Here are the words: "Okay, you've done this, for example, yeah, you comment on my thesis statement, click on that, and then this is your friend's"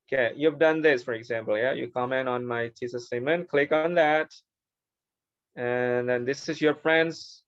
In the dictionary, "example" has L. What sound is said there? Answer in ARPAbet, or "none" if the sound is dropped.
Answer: L